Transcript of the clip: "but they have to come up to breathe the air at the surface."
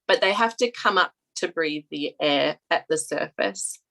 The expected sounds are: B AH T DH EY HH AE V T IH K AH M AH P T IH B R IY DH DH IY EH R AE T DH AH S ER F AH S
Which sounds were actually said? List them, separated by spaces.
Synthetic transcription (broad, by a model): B AH T DH EY HH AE F T IH K AH M AH P T IH B R IY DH DH IY EH R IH T DH AH S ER F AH S